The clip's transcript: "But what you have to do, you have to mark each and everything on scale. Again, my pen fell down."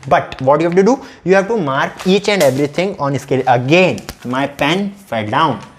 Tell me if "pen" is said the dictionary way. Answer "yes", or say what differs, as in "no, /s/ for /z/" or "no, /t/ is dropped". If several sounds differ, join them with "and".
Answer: yes